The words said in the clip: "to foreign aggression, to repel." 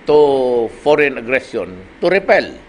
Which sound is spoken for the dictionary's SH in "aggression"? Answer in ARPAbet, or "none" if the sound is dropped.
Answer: S